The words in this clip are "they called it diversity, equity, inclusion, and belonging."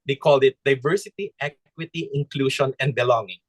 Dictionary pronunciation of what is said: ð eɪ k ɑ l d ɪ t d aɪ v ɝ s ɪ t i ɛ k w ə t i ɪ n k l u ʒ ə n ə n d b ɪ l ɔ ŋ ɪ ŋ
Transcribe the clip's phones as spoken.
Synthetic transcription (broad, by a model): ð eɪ k ɑ l d ɪ t d aɪ v ɝ s ɪ t i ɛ k w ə t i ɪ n k l u ʃ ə n ə n d b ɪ l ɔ ŋ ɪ ŋ